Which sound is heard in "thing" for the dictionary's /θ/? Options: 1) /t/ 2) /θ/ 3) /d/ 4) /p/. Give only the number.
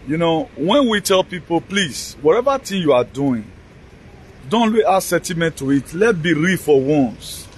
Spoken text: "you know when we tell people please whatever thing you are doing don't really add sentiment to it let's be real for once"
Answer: 1